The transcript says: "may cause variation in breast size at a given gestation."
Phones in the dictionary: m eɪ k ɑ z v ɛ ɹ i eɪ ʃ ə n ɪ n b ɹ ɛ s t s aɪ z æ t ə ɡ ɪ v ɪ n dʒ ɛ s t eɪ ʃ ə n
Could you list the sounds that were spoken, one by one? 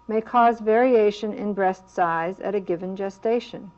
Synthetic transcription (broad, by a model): m eɪ k ɑ z v ɛ ɹ i eɪ ʃ ə n ɪ n b ɹ ɛ s t s aɪ z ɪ t ə ɡ ɪ v ɪ n dʒ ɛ s t eɪ ʃ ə n